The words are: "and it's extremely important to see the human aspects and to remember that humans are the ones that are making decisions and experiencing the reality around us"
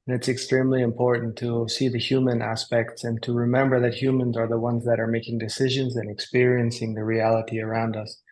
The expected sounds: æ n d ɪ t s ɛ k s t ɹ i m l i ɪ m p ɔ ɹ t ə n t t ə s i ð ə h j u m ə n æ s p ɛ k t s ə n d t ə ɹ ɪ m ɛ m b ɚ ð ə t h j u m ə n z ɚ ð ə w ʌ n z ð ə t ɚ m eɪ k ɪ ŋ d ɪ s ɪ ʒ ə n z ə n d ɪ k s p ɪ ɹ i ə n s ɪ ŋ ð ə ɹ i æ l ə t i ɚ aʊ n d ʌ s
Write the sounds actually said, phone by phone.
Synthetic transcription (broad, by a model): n ɪ t s ɛ k s t ɹ i m l i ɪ m p ɔ ɹ t n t t ə s i ð ə h j u m ə n æ s p ɛ k t s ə n t ə ɹ ɪ m ɛ m b ɚ ð ə t h j u m ə n z ɚ ð ə w ʌ n z ð ə t ɚ m eɪ k ɪ ŋ d ɪ s ɪ ʒ ə n z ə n ɪ k s p ɪ ɹ i ə n s ɪ ŋ ð ə ɹ i æ l ə t i ɚ aʊ n d ʌ s